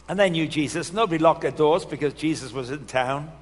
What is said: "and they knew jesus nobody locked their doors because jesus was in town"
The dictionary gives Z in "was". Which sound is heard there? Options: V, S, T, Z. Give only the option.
Z